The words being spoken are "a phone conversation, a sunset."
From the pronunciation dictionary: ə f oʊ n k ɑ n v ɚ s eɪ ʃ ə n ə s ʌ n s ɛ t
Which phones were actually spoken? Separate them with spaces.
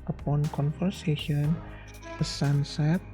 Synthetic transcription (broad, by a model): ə p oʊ n k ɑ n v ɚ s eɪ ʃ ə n ə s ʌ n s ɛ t